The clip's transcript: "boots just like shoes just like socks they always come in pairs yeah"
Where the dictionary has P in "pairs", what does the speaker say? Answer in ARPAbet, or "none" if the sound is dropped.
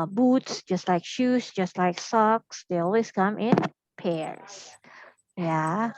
P